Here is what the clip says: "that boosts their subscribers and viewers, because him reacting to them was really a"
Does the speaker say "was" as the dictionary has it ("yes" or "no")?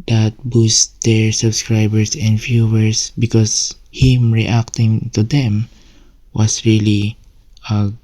no